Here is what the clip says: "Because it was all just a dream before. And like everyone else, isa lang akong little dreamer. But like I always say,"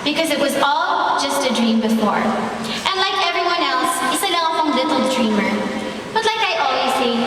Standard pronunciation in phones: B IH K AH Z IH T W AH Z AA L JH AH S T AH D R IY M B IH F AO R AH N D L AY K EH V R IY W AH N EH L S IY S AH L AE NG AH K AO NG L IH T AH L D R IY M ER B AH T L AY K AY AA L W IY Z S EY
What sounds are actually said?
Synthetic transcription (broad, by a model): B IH K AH Z IH T W AH Z AA L JH AH S T AH D R IY M B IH F AO R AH N L AY K EH V R IY W AH N EH L S IY S AH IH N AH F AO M L IH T L D R IY M ER B AH T L AY K AY AA L W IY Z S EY